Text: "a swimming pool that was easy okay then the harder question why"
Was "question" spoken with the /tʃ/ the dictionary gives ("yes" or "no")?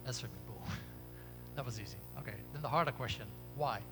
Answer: yes